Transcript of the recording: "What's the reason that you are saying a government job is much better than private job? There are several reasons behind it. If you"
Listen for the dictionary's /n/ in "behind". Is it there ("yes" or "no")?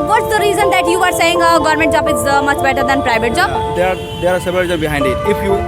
yes